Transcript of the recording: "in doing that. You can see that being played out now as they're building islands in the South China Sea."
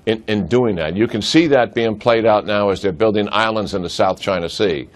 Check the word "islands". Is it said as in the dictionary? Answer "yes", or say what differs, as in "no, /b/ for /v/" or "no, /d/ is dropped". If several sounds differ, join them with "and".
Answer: yes